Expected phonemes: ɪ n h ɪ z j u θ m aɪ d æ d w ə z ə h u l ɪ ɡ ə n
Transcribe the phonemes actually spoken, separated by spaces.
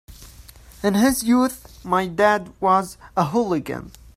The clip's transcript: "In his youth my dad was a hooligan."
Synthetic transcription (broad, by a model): ɪ n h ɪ z j u θ m aɪ d æ d w ə z ə h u l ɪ ɡ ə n